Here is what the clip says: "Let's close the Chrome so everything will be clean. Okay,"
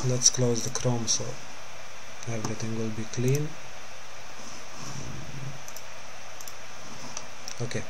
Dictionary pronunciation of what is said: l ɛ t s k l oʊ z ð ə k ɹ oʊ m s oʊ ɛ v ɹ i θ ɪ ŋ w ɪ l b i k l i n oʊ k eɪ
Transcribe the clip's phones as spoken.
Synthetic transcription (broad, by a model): l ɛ t s k l oʊ z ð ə k ɹ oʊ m s oʊ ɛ v ɹ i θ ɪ ŋ w ɪ l b i k l i n oʊ k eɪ